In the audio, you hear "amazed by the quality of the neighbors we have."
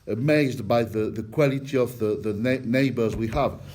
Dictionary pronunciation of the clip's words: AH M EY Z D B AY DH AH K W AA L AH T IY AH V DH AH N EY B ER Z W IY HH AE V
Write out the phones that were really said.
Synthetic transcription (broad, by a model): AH M EY Z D B AY DH AH K W AA L AH T IY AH V DH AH N EY B ER Z W IY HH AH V